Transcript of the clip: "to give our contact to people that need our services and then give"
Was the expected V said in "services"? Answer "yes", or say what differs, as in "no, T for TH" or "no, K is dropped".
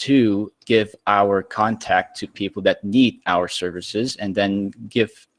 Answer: yes